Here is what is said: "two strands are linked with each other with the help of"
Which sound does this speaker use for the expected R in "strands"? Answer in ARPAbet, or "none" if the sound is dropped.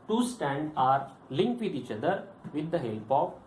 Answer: none